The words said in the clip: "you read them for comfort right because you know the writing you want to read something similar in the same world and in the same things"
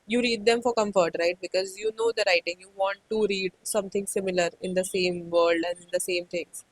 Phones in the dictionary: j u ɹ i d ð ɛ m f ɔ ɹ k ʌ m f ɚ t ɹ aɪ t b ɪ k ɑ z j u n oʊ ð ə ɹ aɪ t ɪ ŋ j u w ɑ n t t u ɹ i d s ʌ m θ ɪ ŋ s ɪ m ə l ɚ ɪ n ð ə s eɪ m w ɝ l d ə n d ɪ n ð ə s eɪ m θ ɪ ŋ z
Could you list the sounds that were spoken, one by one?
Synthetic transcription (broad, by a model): j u ɹ i d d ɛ m f ɔ ɹ k ʌ m f ɚ t ɹ aɪ t b ɪ k ɑ z j u n oʊ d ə ɹ aɪ t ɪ ŋ j u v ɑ n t t u ɹ i d s ʌ m t ɪ ŋ s ɪ m ə l ɚ ɪ n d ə s eɪ m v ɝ l d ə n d ɪ n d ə s eɪ m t ɪ ŋ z